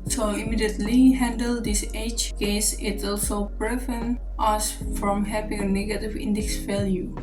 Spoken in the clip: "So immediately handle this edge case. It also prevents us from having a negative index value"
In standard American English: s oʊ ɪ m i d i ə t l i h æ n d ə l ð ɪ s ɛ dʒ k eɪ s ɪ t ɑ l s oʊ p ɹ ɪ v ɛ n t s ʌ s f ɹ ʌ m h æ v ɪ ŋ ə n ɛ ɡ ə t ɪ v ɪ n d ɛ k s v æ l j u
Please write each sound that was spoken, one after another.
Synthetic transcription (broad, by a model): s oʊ ɪ m i d i ə t l i h æ n d ə l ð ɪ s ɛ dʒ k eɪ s ɪ t ɑ l s oʊ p ɹ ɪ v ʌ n t ʌ s f ɹ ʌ m h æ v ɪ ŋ ə n ɛ ɡ ə t ɪ v ɪ n d ɛ k s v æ l j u